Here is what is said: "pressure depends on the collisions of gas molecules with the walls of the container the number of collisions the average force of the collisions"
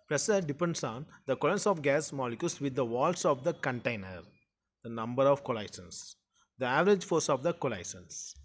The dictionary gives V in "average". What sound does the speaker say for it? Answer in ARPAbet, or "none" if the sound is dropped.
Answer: V